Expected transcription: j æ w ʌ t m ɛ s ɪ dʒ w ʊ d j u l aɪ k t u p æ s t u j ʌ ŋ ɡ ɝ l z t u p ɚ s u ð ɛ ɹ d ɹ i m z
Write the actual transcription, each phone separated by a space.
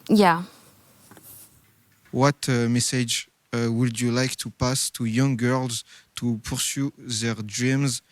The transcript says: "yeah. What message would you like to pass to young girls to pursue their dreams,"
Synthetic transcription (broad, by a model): j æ w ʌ t m ɛ s ɪ dʒ w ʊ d j u l aɪ k t u p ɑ s t u j ʌ ŋ ɡ ɝ l z t u p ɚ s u ð ɛ ɹ d ɹ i m z